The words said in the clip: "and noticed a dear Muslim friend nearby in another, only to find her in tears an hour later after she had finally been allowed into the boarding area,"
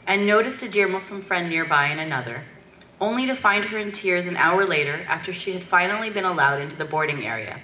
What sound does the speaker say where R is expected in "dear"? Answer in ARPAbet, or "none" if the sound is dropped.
R